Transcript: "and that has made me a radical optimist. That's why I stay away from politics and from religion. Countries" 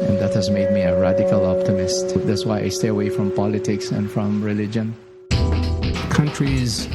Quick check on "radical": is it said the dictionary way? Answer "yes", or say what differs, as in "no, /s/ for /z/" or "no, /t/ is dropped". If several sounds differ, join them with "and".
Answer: yes